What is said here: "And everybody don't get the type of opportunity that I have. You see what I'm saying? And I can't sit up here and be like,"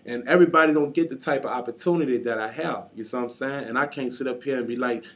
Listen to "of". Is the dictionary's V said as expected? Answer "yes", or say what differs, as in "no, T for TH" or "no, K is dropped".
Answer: yes